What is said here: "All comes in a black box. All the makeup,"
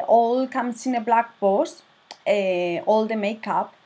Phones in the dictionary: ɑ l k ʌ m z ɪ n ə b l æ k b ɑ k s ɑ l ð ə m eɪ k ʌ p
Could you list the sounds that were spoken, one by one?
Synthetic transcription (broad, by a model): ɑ l k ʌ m s ɪ n ə b l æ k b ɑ s ɑ l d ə m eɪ k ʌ p